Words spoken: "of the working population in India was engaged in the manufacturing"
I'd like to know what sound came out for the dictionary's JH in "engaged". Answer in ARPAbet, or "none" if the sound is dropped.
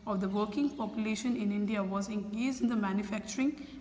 Z